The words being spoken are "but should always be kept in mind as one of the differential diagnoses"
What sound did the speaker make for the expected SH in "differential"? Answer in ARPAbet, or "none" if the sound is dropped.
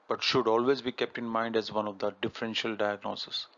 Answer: SH